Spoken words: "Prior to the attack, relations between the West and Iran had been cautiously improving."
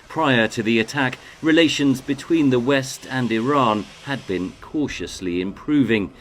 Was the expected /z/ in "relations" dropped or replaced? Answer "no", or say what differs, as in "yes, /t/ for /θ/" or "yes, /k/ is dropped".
no